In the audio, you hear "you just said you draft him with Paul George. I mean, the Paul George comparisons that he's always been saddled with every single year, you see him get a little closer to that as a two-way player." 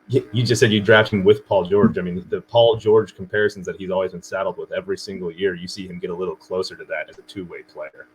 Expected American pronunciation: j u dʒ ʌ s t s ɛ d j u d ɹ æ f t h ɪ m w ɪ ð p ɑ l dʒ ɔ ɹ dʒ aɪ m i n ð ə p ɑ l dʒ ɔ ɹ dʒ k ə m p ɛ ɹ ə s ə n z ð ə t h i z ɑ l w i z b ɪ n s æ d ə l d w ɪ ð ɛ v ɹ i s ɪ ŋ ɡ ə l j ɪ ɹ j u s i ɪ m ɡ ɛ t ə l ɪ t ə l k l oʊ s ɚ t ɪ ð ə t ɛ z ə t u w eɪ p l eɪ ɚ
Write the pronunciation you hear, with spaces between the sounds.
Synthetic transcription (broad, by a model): j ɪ dʒ ʌ s t s ɛ d j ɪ d ɹ æ f t h ɪ m w ɪ ð p ɑ l dʒ ɔ ɹ dʒ aɪ m i n ð ə p ɑ l dʒ ɔ ɹ dʒ k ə m p ɛ ɹ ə s n z ð ə t h i z ɑ l w i z b ɪ n s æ d l d w ɪ ð ɛ v ɹ i s ɪ ŋ ɡ l j ɪ ɹ j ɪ s i ɪ m ɡ ɛ t ə l ɪ t l k l oʊ s ɚ t ɪ ð ə t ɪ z ə t u w eɪ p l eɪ ɚ